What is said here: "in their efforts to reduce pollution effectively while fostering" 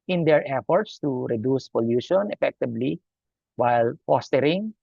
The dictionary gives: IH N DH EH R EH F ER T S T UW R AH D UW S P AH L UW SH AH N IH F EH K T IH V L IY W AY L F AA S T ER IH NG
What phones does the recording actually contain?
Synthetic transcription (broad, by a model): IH N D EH R EH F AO T S T UW R AH D UW S P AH L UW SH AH N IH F EH K T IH B L IY W AY L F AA S T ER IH NG